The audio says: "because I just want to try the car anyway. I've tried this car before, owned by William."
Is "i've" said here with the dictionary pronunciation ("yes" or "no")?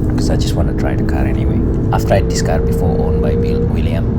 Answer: no